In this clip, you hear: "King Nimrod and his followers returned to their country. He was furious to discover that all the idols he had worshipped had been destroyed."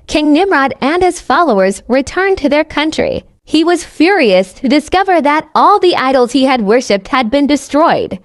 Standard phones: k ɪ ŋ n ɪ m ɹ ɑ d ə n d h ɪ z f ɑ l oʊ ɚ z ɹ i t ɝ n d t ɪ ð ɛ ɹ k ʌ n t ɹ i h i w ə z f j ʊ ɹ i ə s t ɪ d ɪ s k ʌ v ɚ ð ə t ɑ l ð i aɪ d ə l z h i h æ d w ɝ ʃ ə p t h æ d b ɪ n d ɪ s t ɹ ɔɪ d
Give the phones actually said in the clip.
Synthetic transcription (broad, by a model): k ɪ ŋ n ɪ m ɹ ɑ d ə n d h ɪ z f ɑ l oʊ ɚ z ɹ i t ɝ n t ɪ ð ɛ ɹ k ʌ n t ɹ i h i w ə z f j ʊ ɹ i ə s t ɪ d ɪ s k ʌ v ɚ ð ə t ɑ l ð i aɪ d l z h i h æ d w ɝ ʃ ə p t h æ d b ɪ n d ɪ s t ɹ ɔɪ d